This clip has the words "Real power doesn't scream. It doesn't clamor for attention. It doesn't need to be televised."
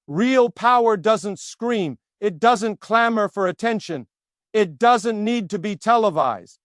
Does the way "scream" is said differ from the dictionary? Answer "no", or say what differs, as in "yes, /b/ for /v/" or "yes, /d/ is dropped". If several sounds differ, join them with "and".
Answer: no